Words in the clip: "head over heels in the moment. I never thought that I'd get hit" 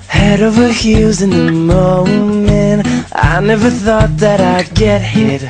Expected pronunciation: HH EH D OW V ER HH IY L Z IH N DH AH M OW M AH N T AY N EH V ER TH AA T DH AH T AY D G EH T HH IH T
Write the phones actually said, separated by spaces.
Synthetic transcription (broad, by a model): HH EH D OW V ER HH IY Z IH N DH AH M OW M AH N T AY N EH V ER TH AA T DH AH T AY G EH T HH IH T